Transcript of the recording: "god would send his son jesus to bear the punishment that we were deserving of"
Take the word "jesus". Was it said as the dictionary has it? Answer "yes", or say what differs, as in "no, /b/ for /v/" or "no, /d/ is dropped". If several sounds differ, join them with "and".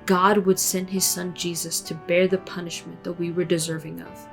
yes